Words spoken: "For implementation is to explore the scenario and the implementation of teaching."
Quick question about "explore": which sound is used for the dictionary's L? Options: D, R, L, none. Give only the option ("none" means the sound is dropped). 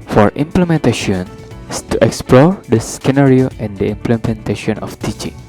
L